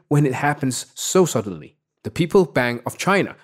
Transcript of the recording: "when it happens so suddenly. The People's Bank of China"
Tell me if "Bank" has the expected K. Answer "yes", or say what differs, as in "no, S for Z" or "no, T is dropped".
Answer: no, K is dropped